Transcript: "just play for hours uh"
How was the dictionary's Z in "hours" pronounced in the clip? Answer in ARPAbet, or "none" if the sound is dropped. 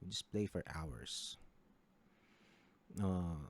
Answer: S